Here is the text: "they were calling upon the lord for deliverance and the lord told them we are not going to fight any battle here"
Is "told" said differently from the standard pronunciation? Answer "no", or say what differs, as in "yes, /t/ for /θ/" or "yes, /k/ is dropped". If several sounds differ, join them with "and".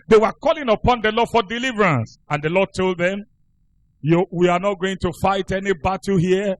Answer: no